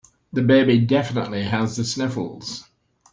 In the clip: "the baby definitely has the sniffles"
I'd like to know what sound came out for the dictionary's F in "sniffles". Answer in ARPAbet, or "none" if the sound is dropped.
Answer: F